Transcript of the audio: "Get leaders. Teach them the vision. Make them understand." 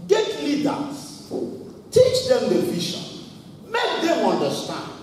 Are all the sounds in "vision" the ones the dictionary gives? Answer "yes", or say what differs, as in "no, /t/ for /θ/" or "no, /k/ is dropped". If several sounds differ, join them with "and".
no, /ʃ/ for /ʒ/